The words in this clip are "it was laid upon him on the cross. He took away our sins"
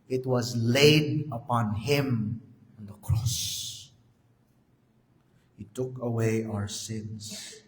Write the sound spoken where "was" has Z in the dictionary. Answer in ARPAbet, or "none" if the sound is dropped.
Z